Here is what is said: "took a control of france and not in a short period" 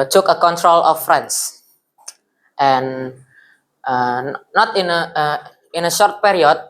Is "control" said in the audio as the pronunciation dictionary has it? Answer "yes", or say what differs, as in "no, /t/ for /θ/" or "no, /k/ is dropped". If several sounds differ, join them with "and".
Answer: yes